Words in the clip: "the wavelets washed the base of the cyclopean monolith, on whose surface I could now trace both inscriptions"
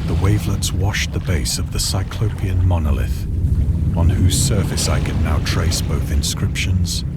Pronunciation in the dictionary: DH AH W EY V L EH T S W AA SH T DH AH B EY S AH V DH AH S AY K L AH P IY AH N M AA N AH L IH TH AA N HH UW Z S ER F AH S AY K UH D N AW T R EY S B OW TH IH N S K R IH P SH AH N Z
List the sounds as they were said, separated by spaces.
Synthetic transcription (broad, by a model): DH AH W EY V L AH T S W AA SH DH AH B EY S AH V DH AH S AY K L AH P IY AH N M AA N AH L IH TH N HH UW Z S ER F AH S AY K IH D N AW T R EY S B OW TH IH N S K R IH P SH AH N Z